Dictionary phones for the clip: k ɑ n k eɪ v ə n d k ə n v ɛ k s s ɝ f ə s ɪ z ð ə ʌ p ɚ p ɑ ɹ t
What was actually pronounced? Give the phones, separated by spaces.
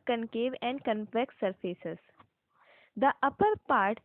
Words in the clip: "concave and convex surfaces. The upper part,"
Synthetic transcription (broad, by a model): k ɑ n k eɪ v ə n d k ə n p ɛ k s s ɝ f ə s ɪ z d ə ʌ p ɚ p ɑ ɹ t